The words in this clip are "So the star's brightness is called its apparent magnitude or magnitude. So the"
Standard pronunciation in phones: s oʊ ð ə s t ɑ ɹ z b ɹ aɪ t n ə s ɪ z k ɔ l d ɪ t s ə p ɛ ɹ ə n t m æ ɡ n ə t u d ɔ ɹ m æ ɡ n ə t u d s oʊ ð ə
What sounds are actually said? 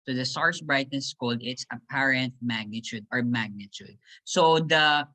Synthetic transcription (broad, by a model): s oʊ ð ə s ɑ ɹ s b ɹ aɪ t ə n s k ɔ l d ɪ t s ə p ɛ ɹ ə n t m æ ɡ n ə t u d ɔ ɹ m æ ɡ n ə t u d s oʊ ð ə